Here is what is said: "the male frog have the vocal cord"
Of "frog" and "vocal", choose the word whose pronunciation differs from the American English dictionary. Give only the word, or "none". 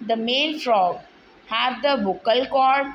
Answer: vocal